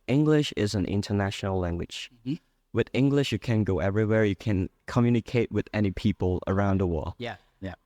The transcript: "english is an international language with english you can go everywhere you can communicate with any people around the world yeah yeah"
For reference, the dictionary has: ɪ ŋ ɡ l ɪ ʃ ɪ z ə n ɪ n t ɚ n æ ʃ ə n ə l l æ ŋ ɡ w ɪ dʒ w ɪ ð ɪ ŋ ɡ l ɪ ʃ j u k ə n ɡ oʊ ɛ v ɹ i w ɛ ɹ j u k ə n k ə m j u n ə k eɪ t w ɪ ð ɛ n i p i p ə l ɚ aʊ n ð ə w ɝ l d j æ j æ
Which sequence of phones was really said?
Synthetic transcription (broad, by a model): ɪ ŋ ɡ l ɪ ʃ ɪ z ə n ɪ n t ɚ n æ ʃ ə n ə l l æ ŋ ɡ w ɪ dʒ w ɪ ð ɪ ŋ ɡ l ɪ ʃ j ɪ k ə n ɡ oʊ ɛ v ɹ i w ɛ ɹ j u k ə n k ə m j u n ə k eɪ t w ɪ ð ɛ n i p i p ə l ɚ aʊ n ð ə w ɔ j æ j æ